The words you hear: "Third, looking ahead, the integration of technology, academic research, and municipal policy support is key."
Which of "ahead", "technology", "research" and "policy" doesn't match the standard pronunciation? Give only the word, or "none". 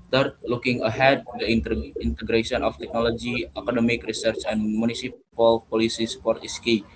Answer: none